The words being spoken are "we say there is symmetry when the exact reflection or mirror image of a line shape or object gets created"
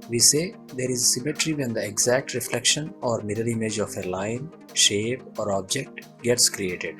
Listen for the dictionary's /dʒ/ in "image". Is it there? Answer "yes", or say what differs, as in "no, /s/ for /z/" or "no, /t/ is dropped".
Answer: yes